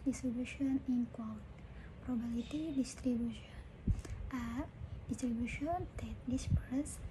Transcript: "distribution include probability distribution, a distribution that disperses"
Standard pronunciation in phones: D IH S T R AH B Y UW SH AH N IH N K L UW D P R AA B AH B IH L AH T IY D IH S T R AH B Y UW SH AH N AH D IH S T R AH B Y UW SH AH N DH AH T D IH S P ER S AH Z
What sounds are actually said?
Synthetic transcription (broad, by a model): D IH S T R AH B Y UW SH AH N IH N K W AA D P R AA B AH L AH T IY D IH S T R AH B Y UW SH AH N AH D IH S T R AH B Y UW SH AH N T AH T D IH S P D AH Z